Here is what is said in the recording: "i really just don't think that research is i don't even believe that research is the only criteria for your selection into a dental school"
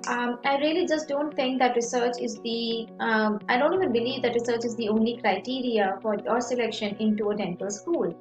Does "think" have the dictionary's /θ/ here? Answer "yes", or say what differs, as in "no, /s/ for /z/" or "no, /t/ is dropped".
no, /t/ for /θ/